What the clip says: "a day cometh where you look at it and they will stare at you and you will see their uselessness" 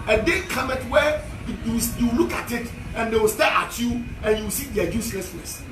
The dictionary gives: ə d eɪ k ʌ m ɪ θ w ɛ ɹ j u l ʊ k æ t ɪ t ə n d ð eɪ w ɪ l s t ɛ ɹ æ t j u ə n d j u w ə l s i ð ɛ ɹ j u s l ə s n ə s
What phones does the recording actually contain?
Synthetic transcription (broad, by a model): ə d eɪ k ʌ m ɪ t w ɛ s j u l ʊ k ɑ t ɪ t ə n d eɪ w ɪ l s t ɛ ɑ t j u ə n j u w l s i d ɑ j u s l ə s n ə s